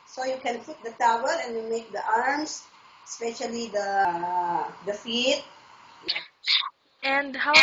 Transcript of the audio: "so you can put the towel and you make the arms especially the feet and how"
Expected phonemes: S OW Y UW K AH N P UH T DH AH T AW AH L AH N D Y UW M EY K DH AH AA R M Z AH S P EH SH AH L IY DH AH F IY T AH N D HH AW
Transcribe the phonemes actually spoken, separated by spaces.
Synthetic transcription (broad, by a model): S OW Y UW K AH N F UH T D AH T AW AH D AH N Y UW M EY K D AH AA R M S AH S P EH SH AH L IY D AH F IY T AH N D HH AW